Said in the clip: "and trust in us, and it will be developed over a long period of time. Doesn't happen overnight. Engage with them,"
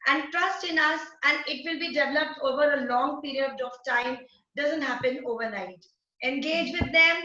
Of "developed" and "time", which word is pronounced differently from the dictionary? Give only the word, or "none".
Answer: none